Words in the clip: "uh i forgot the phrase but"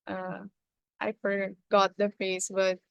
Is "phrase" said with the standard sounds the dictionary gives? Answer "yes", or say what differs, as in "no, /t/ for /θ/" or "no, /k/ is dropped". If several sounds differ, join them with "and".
no, /ɹ/ is dropped and /s/ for /z/